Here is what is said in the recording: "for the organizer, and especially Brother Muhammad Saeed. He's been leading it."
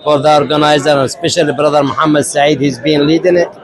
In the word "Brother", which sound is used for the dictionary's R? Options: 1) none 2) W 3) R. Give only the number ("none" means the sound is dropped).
3